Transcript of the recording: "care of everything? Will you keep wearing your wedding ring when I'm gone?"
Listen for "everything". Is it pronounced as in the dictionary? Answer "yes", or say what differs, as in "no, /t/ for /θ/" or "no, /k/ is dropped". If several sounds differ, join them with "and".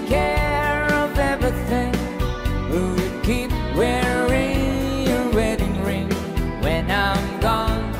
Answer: yes